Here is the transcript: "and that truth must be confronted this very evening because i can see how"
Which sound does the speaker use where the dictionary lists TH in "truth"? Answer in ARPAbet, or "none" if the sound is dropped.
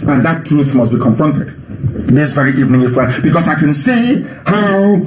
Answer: TH